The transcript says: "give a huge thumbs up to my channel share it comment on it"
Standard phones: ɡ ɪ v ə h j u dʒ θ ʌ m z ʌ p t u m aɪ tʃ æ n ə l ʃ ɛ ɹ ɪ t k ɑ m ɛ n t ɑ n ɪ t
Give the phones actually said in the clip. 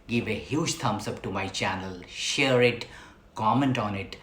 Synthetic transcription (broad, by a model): ɡ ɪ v ə h j u dʒ t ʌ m s ʌ p t u m aɪ tʃ æ n ə l ʃ ɛ ɹ ɪ t k ɑ m ɛ n t ɑ n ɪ t